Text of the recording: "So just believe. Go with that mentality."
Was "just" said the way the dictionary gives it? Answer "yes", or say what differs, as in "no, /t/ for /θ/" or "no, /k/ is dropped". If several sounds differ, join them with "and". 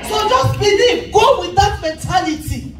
yes